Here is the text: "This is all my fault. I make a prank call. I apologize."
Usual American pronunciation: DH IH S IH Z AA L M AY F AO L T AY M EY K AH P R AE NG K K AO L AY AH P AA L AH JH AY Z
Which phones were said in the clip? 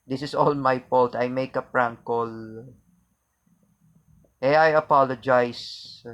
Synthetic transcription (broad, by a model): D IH S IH S AA L M AY P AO L T AY M EY K AH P R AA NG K K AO L AY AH P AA L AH JH AY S